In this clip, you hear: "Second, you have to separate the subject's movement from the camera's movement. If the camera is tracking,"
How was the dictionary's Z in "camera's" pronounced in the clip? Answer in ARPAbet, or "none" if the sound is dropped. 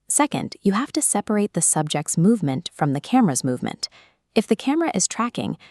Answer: Z